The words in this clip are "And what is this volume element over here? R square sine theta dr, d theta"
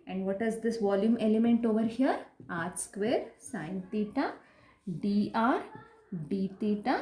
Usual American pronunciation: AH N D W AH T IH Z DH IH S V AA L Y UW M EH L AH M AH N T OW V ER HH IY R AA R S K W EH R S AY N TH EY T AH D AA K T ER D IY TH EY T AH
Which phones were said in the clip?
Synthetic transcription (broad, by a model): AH N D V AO T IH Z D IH S V AA L Y UW M EH L AH M AH N T OW V ER HH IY R AA R S K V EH R S AY N T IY T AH D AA T D IY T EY T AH